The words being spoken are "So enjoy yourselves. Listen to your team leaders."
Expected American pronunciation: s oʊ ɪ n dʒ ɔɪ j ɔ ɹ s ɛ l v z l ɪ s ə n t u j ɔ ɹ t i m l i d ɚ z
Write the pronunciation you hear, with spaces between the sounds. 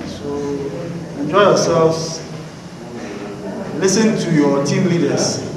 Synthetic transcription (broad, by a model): s oʊ ɪ n dʒ ɔɪ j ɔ s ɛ l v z l ɪ s ə n t u j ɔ t i m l i d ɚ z